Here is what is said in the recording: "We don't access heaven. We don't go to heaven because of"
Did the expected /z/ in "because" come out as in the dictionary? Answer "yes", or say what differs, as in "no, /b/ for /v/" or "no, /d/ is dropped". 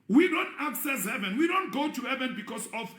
no, /s/ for /z/